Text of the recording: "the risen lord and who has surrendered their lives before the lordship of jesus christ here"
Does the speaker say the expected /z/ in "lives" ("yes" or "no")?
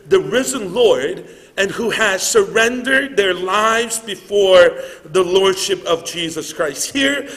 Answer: yes